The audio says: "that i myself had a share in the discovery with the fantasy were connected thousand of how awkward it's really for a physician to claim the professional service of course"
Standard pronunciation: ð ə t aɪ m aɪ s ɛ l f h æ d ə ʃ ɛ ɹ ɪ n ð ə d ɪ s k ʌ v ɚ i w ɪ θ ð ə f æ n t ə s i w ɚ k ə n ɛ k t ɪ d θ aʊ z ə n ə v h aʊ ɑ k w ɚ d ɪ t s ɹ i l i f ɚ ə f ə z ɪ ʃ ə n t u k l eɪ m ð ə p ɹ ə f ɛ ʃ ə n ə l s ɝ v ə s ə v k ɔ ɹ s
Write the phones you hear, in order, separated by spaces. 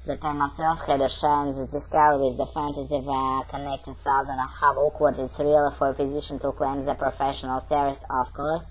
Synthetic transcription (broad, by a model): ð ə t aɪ m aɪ s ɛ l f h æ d ə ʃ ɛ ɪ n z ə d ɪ s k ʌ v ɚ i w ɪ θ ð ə f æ n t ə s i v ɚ k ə n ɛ k t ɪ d s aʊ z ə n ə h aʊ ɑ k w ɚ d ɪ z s ɹ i l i f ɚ ə f ə z ɪ ʃ ə n t u k l eɪ m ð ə p ɹ ə f ɛ ʃ ə n ə l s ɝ ə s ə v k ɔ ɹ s